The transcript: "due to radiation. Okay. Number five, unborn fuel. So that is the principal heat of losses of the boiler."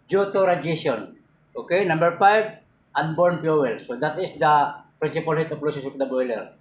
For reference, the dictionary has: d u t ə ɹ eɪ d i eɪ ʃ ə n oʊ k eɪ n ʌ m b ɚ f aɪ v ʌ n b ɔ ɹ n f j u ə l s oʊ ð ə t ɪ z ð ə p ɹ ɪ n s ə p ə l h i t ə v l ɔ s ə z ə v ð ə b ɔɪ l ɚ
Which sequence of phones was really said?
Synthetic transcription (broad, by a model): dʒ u t ə ɹ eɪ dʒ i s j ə n oʊ k eɪ n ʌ m b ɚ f aɪ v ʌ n b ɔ ɹ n p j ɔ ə l s oʊ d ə t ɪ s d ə p ɹ ɪ n s ə p ə l h i t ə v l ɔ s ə s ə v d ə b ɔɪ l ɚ